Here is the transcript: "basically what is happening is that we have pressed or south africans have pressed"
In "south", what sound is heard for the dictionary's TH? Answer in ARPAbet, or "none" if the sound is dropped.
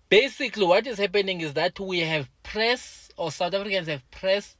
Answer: T